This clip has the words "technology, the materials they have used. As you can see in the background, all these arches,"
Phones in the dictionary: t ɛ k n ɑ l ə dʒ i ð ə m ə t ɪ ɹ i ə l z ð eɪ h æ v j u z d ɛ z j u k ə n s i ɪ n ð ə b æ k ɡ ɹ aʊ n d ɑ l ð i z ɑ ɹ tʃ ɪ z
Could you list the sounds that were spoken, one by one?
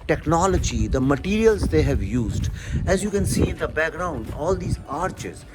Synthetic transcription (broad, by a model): t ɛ k n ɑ l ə dʒ i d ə m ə t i ɹ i ə l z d eɪ h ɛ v j u z d ɛ z j u k ə n s i ɪ n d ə b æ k ɡ ɹ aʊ n d ɑ l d i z ɑ ɹ tʃ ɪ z